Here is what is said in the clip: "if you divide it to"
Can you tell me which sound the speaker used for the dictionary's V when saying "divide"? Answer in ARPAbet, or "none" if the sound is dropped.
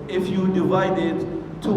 V